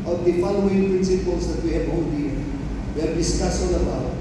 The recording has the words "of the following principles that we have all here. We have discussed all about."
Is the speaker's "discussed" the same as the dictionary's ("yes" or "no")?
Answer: no